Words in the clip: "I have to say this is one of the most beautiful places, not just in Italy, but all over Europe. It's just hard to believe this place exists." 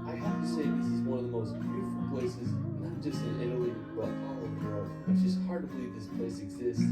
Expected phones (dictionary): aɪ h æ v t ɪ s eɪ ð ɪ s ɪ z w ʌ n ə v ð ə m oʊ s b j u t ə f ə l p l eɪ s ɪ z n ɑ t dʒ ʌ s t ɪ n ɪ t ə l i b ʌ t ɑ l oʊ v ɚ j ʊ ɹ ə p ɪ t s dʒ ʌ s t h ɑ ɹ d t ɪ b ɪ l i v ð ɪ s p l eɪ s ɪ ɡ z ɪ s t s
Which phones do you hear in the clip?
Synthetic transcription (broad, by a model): aɪ h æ f t ɪ s eɪ ð ɪ s ɪ z w ʌ n ə v ð ə m oʊ s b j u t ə f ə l p l eɪ s ɪ z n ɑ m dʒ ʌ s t ɪ n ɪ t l i b ʌ t ɑ l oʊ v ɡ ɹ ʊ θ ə ɪ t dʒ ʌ s t h ɑ ɹ d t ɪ b ɪ l i v ð ɪ s p l eɪ s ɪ ɡ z ɪ s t